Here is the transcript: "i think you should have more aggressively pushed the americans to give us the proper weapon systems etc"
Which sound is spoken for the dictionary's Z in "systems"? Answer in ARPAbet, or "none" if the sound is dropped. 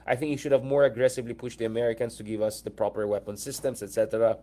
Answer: S